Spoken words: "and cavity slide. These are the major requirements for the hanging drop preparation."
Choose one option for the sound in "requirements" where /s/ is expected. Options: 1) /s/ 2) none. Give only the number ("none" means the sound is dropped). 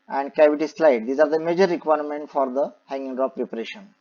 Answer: 2